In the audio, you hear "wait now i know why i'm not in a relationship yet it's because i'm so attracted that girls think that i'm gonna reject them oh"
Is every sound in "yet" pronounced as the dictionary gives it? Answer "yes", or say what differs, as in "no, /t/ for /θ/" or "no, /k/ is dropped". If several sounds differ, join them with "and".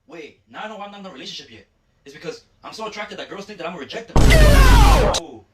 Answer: no, /t/ is dropped